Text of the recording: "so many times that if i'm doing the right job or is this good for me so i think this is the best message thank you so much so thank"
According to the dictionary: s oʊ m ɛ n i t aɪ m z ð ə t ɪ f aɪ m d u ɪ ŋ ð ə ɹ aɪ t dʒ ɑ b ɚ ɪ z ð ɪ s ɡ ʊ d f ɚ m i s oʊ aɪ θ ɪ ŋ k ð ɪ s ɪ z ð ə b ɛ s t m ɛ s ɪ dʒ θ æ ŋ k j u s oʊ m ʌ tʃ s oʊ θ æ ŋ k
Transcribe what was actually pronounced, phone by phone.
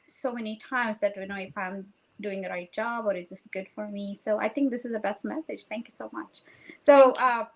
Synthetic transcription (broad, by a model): s oʊ m ɛ n i t aɪ m z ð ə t ɪ f aɪ m d u ɪ ŋ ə ɹ aɪ t dʒ ɑ b ɚ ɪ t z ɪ s ɡ ʊ d f ɚ m i s oʊ aɪ θ ɪ ŋ k ð ɪ s ɪ z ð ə b ɛ s t m ɛ s ɪ dʒ θ æ ŋ k j u s oʊ m ʌ tʃ s oʊ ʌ